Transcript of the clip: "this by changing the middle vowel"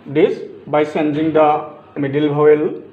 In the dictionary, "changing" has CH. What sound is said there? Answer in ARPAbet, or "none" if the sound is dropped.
S